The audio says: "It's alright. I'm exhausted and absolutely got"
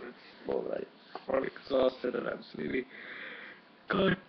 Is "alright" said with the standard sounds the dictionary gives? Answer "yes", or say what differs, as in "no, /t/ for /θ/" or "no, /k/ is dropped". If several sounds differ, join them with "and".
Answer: no, /ɹ/ is dropped